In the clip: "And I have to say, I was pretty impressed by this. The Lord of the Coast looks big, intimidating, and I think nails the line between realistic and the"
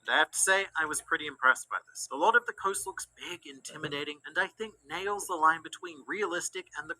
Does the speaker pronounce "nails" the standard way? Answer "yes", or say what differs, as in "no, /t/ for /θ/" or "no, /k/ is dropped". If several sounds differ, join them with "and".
yes